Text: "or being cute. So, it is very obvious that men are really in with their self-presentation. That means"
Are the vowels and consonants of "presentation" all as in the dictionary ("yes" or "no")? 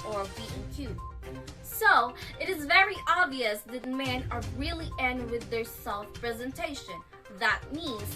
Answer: yes